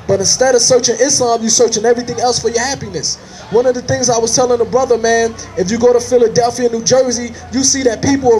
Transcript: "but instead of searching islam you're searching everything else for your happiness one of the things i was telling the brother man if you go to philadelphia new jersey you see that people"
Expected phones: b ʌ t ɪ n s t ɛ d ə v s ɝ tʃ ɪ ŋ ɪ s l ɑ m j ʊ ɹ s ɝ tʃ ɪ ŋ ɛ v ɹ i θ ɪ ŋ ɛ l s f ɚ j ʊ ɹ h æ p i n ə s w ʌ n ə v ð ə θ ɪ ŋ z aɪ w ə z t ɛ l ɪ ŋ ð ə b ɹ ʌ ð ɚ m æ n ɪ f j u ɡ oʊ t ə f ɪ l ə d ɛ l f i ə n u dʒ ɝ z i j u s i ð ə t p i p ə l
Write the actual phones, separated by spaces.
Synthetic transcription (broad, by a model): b ʌ t ɪ n s t ɛ d ə v s ɝ tʃ ɪ ŋ ɪ s l ɑ m j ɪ s ɝ tʃ ɪ ŋ ɛ v ɹ i θ ɪ ŋ ɛ l s f ɚ j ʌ ɹ h æ p i n ə s w ʌ n ə v ð ə θ ɪ ŋ z aɪ w ə z t ɛ l ɪ ŋ ð ə b ɹ ʌ ð ɚ m æ n ɪ f j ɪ ɡ oʊ t ə f ɪ l ə d ɛ l f i ə n u dʒ ɝ z i j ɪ s i ð ə t p i p l